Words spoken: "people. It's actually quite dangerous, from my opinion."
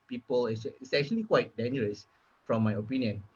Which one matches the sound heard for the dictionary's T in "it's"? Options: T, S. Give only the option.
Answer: S